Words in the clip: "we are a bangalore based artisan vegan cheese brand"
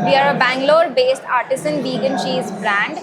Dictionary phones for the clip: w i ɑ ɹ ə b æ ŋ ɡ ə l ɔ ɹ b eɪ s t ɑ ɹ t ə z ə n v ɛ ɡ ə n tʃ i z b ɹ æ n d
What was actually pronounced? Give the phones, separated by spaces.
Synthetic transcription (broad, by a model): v i ɑ ɹ ə b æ ŋ ɡ l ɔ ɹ b eɪ s t ɑ ɹ t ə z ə n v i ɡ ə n ʃ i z b ɹ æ n d